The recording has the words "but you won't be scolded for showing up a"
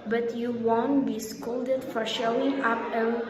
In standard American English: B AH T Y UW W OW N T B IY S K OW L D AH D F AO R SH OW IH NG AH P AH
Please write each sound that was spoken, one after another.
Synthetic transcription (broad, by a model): B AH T Y UW W OW N T B IY S K OW L D AH D F AO R SH OW IH NG AH P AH